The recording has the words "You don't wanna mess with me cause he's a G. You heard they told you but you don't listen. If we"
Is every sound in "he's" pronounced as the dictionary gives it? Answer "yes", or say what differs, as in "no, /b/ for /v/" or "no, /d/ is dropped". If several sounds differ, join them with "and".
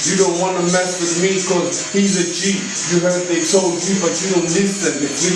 yes